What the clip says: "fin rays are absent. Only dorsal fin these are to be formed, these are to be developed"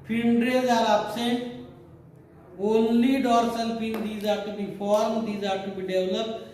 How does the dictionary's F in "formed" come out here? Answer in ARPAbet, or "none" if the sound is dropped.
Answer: P